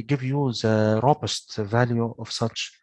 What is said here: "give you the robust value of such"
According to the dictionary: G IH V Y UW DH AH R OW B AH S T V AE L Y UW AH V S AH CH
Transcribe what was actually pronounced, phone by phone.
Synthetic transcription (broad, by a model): G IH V Y UW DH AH R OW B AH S T V AE L Y UW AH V S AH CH